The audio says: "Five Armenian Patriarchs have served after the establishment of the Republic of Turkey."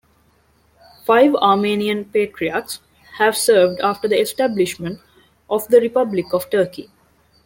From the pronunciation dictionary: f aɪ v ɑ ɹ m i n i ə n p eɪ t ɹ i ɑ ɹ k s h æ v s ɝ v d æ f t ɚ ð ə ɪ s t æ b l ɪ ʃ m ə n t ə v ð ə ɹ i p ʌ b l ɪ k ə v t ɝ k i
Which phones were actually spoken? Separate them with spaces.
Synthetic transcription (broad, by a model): f aɪ v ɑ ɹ m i n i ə n p eɪ t ɹ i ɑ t s h æ v s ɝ v d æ f t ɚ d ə ɪ s t æ b l ɪ ʃ m ə n t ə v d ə ɹ i p ʌ b l ɪ k ə v t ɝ k i